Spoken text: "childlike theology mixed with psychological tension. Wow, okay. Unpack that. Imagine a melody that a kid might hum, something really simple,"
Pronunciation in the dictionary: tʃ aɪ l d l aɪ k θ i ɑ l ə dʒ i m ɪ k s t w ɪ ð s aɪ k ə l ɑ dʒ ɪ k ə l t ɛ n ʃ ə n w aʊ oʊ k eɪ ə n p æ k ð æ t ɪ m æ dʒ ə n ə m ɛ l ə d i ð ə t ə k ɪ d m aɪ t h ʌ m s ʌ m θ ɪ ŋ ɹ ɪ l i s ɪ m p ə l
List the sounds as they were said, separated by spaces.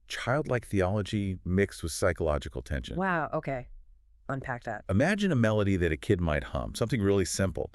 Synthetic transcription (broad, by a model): tʃ aɪ l d l aɪ k θ i ɑ l ə dʒ i m ɪ k s t w ɪ ð s aɪ k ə l ɑ dʒ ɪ k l t ɛ n ʃ ə n w aʊ oʊ k eɪ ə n p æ k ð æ t ɪ m æ dʒ ə n ə m ɛ l ə d i ð ə t ə k ɪ d m aɪ t h ʌ m s ʌ m θ ɪ ŋ ɹ ɪ l i s ɪ m p l